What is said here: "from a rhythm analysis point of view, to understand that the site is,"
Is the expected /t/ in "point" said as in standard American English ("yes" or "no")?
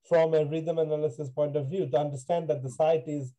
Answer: yes